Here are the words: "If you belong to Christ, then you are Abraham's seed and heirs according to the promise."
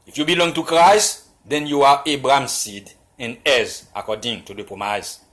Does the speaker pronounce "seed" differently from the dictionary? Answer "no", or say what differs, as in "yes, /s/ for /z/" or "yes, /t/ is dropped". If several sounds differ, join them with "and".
no